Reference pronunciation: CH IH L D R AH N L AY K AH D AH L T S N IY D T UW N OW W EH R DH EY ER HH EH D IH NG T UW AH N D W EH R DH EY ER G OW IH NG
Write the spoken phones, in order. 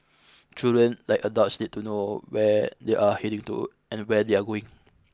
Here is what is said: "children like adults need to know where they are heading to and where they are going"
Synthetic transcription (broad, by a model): CH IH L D R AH N L AY K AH D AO T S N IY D T UW N OW W EH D EY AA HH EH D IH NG T UW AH N W EH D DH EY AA G OW IH NG